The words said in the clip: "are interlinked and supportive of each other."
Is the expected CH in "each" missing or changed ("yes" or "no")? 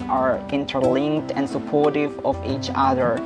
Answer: no